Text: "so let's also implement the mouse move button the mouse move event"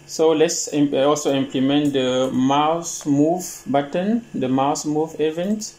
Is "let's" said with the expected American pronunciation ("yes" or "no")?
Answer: yes